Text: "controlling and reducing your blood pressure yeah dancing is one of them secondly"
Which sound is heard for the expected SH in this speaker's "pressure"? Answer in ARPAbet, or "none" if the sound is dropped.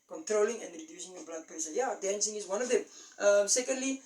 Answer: S